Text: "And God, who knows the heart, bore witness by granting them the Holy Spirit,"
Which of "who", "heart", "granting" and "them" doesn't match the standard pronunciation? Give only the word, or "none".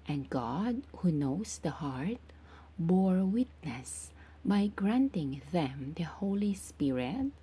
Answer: none